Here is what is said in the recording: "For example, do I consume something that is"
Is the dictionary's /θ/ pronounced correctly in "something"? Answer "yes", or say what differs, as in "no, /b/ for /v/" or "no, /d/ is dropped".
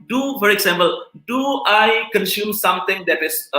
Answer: no, /t/ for /θ/